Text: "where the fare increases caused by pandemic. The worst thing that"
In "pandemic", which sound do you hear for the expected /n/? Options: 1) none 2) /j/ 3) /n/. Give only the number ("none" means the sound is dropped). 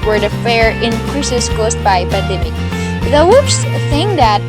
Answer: 1